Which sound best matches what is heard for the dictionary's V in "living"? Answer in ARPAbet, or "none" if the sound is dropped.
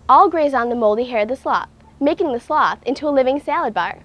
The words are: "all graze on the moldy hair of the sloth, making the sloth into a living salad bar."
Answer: V